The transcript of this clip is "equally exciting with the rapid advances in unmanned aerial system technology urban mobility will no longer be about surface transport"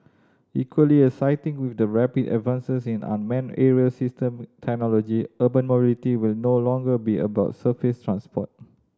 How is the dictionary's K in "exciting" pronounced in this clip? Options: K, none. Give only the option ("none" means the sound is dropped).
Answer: none